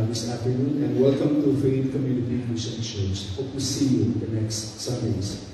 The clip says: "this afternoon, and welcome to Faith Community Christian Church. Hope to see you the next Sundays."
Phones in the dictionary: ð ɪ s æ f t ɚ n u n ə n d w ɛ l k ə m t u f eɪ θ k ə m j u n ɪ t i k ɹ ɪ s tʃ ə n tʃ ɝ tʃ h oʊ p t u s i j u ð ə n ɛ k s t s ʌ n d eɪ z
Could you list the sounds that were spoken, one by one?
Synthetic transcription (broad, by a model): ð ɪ s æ f t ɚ n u n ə n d w ɛ l k ə m t u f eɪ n k ə m j u n ɪ t i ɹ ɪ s ʃ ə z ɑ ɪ h oʊ p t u s i j u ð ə n ɛ k s t s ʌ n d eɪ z